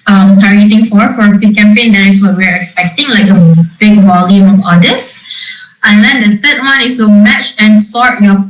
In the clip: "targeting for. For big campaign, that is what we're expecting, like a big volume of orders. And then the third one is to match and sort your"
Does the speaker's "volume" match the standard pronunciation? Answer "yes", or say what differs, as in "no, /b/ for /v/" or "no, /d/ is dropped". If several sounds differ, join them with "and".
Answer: yes